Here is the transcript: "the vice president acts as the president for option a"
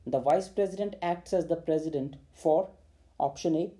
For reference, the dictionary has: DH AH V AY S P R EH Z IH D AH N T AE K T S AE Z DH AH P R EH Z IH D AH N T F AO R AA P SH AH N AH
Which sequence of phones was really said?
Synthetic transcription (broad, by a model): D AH V AY S P R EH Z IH D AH N T AE K T S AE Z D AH P R EH Z IH D AH N T F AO R AA P SH AH N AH